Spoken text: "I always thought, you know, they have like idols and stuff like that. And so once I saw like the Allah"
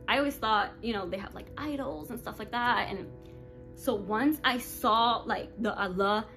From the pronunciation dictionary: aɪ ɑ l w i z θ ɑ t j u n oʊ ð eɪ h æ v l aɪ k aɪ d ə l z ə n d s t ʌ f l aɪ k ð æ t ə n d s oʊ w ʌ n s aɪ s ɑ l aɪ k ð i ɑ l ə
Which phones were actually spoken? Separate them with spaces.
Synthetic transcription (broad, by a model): aɪ ɑ l w i z θ ɑ t j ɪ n oʊ ð eɪ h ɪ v l aɪ k aɪ d l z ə n s t ʌ f l aɪ k ð æ t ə n s oʊ w ʌ n s aɪ s ɑ l aɪ k ð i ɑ l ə